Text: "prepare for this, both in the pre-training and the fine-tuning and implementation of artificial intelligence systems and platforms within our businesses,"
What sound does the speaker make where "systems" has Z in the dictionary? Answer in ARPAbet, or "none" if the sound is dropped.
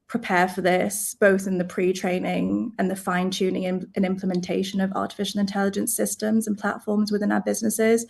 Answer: Z